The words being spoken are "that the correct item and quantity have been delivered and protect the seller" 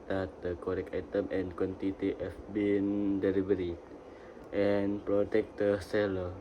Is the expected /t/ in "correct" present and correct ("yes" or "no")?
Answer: no